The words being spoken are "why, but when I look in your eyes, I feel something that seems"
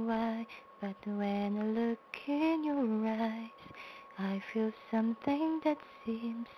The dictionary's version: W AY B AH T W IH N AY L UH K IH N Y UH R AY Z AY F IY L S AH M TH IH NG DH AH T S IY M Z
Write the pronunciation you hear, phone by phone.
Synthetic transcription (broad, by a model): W AY B AH T W IH N L UH K IH N Y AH R AY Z AY F IY L S AH M TH IH NG DH AH T S IY M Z